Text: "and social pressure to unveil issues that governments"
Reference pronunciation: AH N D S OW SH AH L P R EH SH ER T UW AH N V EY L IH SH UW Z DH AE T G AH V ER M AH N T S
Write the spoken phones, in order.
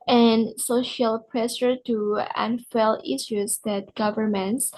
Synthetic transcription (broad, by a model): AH N S OW SH AH L P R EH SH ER T UW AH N F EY L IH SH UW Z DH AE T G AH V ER M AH N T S